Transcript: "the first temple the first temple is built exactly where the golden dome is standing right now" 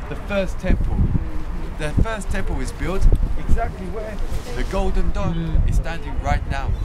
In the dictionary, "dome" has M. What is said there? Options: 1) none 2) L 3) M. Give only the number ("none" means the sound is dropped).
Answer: 1